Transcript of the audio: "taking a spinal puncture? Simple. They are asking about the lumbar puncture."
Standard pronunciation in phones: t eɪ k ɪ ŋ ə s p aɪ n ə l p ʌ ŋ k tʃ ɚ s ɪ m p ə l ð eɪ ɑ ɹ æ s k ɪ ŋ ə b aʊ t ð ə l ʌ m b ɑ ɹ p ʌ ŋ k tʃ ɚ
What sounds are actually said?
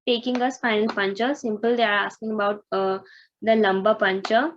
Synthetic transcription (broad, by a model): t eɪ k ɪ ŋ ə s f aɪ n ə l p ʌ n tʃ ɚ s ɪ m p ə l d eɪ ɑ ɹ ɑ s k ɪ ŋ ə b aʊ t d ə l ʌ m b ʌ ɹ p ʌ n tʃ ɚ